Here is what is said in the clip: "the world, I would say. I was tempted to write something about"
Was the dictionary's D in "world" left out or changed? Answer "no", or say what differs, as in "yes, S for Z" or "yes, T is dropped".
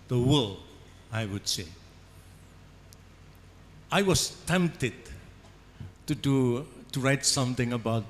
yes, D is dropped